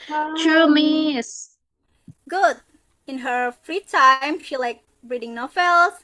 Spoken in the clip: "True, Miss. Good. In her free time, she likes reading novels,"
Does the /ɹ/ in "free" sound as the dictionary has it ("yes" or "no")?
yes